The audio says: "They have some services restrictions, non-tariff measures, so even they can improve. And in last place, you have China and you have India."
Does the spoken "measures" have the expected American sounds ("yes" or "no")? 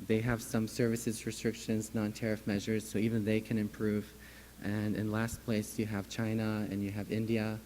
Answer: yes